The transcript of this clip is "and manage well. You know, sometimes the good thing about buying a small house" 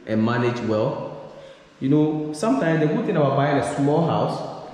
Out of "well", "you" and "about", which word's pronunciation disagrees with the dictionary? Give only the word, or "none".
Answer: none